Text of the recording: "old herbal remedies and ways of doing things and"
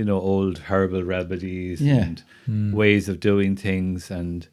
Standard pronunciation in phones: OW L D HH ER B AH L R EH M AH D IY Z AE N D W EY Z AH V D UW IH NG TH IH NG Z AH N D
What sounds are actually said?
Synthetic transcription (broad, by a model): OW L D HH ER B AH L R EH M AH D IY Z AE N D W EY Z AH V D UW IH NG TH IH NG Z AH N